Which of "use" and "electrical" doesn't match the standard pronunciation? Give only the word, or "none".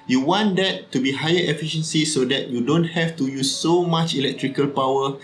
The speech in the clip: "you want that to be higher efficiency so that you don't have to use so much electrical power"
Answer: none